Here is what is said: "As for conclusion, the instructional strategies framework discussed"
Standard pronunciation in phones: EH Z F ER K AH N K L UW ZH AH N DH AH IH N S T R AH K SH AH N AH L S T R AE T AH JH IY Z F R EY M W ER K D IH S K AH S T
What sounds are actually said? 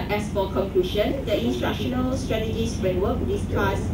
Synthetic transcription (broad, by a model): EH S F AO K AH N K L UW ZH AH N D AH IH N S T AH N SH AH N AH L S T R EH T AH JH IY S F R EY M W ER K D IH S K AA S